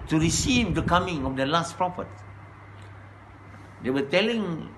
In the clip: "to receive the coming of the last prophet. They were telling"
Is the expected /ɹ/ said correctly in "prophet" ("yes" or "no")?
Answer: yes